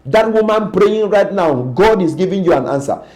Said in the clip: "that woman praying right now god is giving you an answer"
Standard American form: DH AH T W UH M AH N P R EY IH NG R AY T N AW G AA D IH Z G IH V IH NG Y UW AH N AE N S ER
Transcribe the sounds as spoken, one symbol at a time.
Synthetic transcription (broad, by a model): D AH T W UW M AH N P R EY IH NG R AY T N AW G AA D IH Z G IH V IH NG Y UW AH N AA N S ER